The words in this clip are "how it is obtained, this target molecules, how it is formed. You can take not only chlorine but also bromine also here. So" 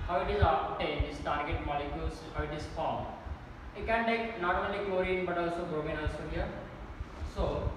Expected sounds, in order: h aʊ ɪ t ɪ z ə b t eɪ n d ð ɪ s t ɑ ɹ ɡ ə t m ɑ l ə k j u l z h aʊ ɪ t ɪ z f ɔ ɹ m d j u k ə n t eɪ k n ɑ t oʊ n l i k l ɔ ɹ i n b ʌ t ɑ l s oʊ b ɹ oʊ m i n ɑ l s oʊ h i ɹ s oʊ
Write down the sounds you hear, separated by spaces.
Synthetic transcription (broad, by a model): h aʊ ɪ t ɪ z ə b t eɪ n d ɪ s t ɑ ɹ ɡ ə t m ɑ l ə k j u l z h aʊ ɪ t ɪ s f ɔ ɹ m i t k ə n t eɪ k n ɑ t oʊ n l i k ɔ ɹ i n b ʌ t ɑ l s oʊ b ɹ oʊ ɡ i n ɑ l s oʊ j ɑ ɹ s oʊ